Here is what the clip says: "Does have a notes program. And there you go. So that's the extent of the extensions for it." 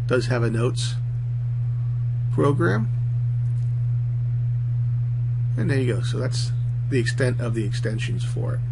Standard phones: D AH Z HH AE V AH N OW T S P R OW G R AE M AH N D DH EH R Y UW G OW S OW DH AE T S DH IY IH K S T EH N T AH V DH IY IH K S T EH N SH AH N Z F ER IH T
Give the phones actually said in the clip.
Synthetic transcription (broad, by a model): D AH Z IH V AH N OW T S P R OW G R AE M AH N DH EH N Y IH G OW S OW DH AE T S DH IY IH K S T EH N T AH V DH IY IH K S T EH N SH AH N Z F ER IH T